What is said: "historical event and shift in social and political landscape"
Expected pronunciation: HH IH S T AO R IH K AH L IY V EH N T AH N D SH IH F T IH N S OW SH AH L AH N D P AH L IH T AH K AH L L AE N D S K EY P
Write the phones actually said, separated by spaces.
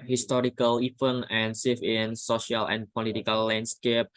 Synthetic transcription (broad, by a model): HH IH S T AO R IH K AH L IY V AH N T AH N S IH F IH N S OW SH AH L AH N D P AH L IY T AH K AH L L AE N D S K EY P